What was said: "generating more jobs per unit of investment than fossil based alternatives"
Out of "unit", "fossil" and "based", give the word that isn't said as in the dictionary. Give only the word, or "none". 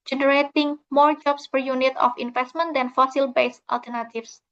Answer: none